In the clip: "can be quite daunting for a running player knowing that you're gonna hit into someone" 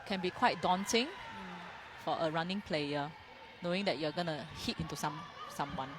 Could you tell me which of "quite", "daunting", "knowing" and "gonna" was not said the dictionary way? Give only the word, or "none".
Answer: daunting